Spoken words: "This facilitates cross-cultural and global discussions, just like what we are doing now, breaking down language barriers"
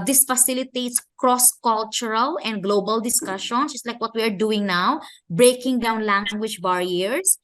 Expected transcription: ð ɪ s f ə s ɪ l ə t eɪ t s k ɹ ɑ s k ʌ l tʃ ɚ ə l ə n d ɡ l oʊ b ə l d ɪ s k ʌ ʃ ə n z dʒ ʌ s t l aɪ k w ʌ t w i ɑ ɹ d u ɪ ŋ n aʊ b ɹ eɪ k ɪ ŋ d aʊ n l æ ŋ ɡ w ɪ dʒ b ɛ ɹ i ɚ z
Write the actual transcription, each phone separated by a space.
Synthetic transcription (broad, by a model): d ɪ s f ə s ɪ l ə t eɪ t s k ɹ ɑ s k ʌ l tʃ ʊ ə l ə n d ɡ l oʊ b ə l d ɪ s k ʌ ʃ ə n dʒ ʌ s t l aɪ k w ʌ t w i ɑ ɹ d u ɪ ŋ n aʊ b ɹ eɪ k ɪ ŋ d aʊ n l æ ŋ ɡ w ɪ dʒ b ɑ ɹ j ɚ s